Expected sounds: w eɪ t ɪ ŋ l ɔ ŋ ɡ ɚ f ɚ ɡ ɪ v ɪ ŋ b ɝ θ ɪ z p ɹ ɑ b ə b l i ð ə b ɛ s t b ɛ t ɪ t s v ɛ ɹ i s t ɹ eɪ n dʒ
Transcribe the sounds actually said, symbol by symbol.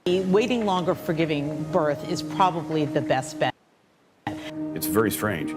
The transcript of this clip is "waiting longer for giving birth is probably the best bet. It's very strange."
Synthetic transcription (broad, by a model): w eɪ t ɪ ŋ l ɔ ŋ ɡ ɚ f ɚ ɡ ɪ v ɪ ŋ b ɝ θ ɪ z p ɹ ɑ b ə b l i ð ə b ɛ s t b ɛ t ɪ t s v ɛ ɹ i s t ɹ eɪ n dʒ